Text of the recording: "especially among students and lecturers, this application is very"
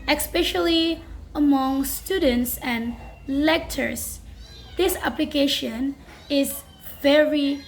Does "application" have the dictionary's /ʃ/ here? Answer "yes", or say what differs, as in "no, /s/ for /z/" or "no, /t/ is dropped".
yes